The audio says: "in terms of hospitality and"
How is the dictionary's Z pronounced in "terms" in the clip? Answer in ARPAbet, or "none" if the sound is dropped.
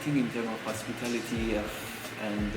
none